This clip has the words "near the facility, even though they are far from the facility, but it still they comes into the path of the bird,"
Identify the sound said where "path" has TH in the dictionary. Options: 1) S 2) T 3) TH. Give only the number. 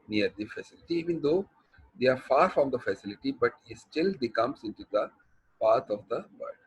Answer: 2